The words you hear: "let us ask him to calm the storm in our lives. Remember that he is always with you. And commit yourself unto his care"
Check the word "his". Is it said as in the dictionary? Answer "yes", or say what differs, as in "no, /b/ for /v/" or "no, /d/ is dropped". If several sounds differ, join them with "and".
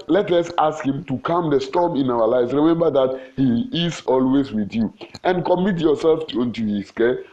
no, /s/ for /z/